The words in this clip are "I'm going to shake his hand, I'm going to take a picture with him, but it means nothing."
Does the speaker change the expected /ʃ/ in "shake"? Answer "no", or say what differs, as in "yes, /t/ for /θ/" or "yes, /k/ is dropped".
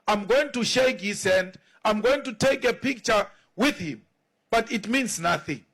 no